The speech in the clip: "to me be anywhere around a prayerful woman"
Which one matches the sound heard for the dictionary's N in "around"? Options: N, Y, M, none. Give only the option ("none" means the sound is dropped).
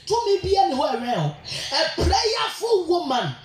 none